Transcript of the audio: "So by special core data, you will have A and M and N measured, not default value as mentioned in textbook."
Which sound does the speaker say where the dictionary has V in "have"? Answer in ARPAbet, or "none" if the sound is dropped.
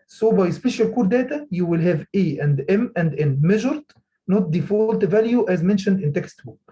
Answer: V